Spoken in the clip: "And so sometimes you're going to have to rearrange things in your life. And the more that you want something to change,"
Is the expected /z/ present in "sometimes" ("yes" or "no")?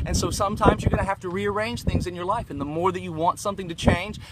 yes